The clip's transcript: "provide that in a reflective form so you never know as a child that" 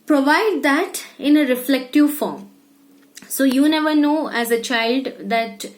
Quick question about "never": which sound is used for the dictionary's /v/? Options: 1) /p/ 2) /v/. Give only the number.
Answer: 2